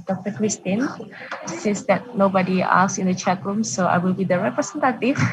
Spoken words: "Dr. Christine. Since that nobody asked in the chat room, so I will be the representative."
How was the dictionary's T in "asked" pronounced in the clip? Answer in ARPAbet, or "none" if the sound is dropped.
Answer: none